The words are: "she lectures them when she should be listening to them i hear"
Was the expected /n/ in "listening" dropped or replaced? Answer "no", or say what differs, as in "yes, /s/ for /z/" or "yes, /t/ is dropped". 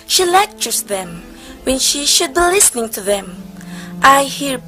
no